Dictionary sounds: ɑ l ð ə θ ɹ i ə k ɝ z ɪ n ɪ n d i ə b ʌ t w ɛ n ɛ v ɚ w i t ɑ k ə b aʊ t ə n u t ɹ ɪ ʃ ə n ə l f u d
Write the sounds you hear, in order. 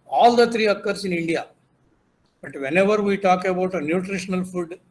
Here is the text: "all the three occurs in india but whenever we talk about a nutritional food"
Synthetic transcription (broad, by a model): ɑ l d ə t ɹ i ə k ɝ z ɪ n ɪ n d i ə b ʌ t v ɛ n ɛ v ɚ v i t ɑ k ə b aʊ t ə n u t ɹ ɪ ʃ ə n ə l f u d